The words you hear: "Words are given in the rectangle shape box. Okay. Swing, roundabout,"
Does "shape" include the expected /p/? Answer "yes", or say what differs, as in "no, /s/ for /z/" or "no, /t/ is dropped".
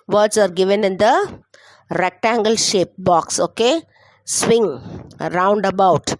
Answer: yes